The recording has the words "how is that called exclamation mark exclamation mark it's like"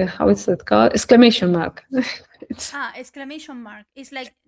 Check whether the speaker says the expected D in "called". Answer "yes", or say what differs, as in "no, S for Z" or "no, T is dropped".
no, D is dropped